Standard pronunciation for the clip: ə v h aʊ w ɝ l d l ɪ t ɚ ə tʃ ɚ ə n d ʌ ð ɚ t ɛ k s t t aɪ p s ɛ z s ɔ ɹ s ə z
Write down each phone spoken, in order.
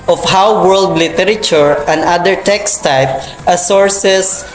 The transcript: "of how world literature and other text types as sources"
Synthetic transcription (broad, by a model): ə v h aʊ w ɝ l d l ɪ t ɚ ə tʃ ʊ ə n d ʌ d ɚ t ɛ k s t t aɪ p ʌ s ɔ ɹ s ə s